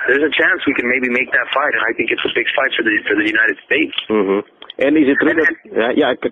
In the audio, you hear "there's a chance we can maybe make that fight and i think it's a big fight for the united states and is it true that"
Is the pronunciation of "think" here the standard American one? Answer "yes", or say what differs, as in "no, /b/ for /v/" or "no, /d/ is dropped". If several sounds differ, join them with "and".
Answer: yes